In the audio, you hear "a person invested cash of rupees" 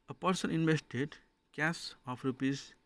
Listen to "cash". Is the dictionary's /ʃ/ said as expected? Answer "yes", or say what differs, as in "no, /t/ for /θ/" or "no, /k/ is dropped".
no, /s/ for /ʃ/